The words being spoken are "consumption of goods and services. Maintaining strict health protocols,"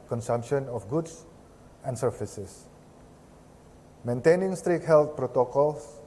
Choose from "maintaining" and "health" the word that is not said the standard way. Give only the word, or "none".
health